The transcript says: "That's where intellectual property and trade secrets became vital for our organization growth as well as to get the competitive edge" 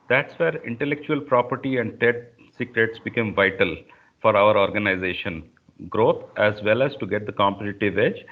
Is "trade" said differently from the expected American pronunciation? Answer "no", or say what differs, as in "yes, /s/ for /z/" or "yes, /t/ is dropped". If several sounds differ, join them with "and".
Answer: yes, /ɹ/ is dropped